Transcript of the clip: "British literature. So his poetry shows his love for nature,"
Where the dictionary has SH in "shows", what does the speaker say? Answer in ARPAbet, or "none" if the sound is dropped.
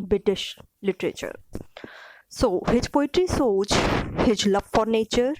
S